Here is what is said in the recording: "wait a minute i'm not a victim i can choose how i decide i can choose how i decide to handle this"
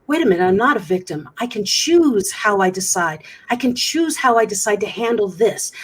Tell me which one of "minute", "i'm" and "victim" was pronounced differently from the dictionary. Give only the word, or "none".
minute